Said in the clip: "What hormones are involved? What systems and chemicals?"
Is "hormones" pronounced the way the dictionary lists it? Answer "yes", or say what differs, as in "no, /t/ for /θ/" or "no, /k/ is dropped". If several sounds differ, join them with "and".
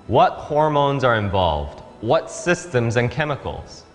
yes